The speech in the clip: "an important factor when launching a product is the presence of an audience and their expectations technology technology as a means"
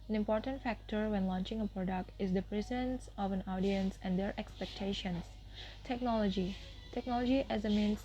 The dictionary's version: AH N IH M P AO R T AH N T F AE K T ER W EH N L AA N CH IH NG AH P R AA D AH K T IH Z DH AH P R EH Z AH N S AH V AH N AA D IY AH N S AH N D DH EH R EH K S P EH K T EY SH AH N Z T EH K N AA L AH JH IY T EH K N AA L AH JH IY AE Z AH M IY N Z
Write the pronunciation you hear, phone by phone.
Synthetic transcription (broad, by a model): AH N IH M P AO R T AH N T F AE K T ER W EH N L AA N CH IH NG AH P R AA D AH K T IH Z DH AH P R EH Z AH N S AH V AH N AA D IY AH N S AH N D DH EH R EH K S P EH K T EY SH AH N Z T EH K N AA L AH JH IY T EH K N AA L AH JH IY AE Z AH M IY N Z